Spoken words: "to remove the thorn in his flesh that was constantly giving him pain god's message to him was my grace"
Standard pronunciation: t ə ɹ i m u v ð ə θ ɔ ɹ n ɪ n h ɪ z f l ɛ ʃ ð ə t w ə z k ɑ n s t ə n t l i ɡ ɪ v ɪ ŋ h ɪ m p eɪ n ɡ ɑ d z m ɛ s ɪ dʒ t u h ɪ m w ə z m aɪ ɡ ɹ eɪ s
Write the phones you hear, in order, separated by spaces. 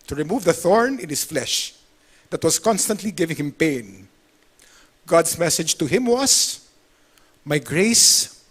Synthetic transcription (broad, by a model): t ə ɹ i m u v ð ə θ ɔ ɹ n ɪ n h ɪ s f l ɛ ʃ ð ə t w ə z k ɑ n s t ə n t l i ɡ ɪ v ɪ ŋ h ɪ m p eɪ n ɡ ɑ d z m ɛ s ɪ dʒ t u h ɪ m w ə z m aɪ ɡ ɹ eɪ s